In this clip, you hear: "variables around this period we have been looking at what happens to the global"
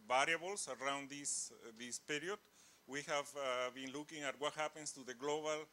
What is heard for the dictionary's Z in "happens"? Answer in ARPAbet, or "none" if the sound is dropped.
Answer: S